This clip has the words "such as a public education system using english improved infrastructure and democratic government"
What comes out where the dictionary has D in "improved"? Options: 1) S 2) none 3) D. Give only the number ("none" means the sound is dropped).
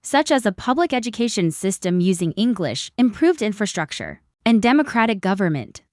3